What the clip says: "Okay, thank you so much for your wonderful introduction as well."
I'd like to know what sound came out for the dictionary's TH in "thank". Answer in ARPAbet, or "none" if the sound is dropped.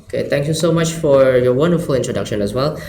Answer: T